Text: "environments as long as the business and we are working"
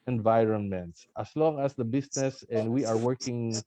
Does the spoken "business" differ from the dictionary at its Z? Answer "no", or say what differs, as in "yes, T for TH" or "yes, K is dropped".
yes, S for Z